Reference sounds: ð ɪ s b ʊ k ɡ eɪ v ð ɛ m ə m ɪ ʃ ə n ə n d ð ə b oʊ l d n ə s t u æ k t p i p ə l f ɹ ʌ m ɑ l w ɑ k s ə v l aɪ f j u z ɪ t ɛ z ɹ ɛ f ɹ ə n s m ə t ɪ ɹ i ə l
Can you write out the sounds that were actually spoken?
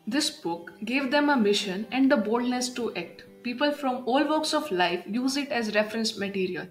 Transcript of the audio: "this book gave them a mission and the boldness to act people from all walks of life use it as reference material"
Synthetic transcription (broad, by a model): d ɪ s b ʊ k ɡ eɪ v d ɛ m ə m ɪ ʃ ə n ə n d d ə b oʊ l d n ə s t u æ k t p i p ə l f ɹ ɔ m ɑ l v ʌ k s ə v l aɪ f j u z ɪ t ɛ z ɹ ɛ f ɹ ə n s m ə t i ɹ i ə l